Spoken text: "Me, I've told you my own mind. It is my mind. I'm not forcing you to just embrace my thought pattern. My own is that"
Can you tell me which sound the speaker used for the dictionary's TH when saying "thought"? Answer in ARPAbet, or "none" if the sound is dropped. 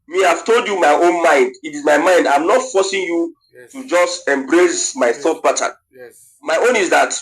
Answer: TH